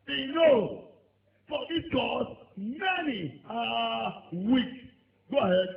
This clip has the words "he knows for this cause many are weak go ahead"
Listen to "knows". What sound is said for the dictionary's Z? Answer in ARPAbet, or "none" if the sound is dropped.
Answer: none